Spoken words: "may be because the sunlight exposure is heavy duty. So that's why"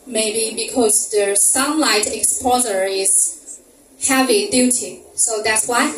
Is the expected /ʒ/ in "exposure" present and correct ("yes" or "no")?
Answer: no